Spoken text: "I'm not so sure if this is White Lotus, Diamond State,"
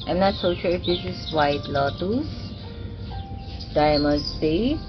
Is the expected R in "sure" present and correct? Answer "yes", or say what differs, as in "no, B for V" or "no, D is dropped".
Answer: no, L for R